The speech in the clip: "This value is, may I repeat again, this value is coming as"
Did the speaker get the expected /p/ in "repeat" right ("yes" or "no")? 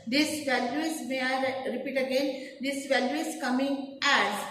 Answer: yes